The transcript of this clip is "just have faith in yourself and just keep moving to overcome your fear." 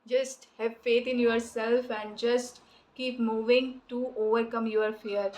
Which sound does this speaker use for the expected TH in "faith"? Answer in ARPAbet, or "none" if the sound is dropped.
T